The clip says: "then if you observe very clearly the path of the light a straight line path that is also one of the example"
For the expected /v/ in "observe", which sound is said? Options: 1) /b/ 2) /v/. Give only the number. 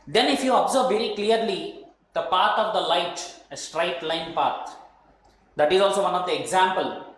1